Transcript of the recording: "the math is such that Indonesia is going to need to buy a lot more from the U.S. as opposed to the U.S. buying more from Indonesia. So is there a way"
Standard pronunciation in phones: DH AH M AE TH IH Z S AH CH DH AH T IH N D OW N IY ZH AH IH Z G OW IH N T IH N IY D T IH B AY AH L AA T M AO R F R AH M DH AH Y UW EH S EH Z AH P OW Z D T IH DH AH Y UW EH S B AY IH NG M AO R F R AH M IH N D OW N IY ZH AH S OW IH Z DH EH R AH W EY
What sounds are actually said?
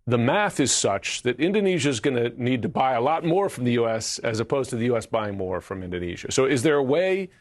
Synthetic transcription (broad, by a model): DH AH M AE TH IH Z S AH CH DH AH T IH N D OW N IY ZH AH IH Z G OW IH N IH N IY D T IH B AY AH L AA T M AO R F R AH M DH AH Y UW EH S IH Z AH P OW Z T IH DH AH Y UW EH S B AY IH NG M AO R F R AH M IH N D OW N IY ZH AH S OW IH Z DH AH R AH W EY